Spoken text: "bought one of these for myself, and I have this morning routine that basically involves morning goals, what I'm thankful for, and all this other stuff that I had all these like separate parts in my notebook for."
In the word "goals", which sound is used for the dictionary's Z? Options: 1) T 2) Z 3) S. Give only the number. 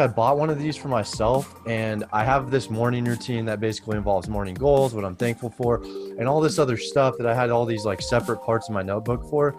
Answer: 2